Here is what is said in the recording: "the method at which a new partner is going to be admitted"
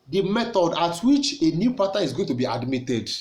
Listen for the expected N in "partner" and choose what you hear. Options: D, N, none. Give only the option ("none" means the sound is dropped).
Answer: none